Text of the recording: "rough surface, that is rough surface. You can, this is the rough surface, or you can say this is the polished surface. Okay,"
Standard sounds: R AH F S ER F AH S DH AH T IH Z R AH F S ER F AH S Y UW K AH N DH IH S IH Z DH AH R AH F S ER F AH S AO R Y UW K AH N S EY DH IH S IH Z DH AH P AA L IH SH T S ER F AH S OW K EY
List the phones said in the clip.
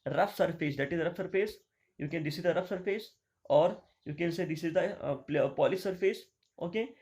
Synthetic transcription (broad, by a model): R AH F S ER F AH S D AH T IH Z R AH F S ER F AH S Y UW K AH N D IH S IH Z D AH R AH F S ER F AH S AO R Y UW K AH N S EY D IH S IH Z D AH P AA L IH S T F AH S OW K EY